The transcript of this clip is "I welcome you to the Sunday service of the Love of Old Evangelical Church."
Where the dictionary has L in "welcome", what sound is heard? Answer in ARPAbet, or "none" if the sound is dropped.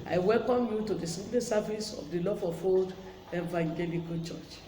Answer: L